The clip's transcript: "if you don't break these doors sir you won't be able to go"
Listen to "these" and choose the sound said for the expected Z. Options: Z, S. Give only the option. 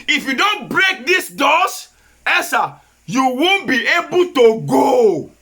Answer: S